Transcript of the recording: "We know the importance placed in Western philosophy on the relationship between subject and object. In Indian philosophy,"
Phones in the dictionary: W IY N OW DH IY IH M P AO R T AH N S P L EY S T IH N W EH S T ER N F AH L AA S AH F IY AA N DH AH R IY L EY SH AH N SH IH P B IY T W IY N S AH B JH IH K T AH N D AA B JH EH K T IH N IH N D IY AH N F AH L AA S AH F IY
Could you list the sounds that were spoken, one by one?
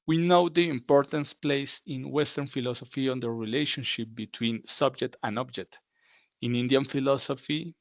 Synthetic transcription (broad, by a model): W IY N OW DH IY IH M P AO R T AH N S P L EY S IH N W EH S T ER N F AH L AA S AH F IY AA N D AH R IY L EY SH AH N SH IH P B IY T W IY N S AH B JH IH K T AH N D AA B JH EH K T IH N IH N D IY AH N F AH L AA S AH F IY